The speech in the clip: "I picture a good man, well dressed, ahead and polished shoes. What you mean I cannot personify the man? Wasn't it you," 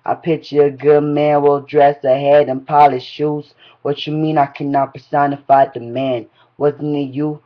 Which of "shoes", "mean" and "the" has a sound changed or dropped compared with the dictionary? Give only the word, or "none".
none